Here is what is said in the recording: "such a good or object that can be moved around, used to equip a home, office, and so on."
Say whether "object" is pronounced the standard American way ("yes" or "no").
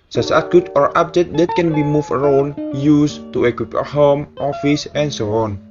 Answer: no